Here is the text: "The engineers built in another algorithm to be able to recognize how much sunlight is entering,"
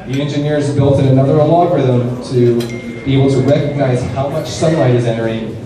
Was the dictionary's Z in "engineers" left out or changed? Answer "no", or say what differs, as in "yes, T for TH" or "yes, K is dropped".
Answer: no